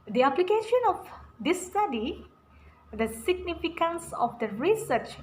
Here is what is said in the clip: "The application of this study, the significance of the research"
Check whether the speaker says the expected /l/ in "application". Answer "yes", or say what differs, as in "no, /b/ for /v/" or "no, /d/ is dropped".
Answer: yes